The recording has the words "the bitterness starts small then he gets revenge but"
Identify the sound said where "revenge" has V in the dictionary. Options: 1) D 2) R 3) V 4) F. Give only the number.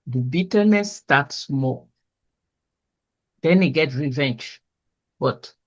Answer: 3